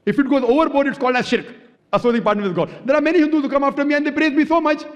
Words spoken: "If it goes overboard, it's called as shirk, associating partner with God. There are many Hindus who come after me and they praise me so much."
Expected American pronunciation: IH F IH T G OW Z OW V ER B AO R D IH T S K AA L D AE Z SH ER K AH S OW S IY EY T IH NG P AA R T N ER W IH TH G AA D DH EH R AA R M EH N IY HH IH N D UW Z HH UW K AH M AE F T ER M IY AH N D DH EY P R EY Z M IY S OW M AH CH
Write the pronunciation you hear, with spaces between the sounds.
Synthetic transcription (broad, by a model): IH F IH T G OW Z OW V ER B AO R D IH T S K AA L D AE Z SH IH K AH S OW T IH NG P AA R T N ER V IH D G AA D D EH R AA R M EH N IY HH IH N D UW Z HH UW K AH M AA F T ER M IY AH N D EY P R EY Z M IY S OW M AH CH